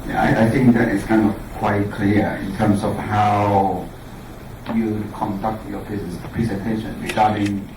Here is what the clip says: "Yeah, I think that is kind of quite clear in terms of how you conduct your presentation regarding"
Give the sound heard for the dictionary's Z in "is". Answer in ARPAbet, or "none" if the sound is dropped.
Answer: S